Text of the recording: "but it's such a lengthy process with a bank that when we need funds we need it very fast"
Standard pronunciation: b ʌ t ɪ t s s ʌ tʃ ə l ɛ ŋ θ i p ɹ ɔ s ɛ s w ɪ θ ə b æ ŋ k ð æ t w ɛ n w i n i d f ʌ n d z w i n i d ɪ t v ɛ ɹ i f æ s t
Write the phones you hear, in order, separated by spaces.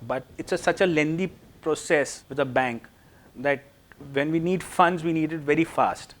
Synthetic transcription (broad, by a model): b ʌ t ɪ t s s ʌ tʃ ə l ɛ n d i p ɹ ɔ s ɛ s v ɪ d ə b æ ŋ k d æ t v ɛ n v i n i d f ʌ n d z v i n i d ɪ t v ɛ ɹ i f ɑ s t